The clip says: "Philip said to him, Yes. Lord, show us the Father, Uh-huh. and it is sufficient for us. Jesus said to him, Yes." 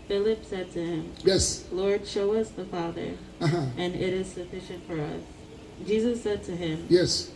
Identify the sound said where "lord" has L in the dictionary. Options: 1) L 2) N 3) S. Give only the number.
1